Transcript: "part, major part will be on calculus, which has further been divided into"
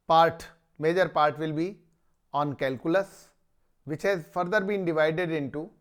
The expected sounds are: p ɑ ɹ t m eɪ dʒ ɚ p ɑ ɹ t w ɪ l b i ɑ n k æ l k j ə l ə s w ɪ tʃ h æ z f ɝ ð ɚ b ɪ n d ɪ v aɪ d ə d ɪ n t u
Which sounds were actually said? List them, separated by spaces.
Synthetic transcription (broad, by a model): p ɑ ɹ t m eɪ dʒ ɚ p ɑ ɹ t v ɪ l b i ɑ n k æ l k j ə l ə s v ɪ tʃ h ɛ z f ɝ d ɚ b ɪ n d ɪ v aɪ d ə d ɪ n t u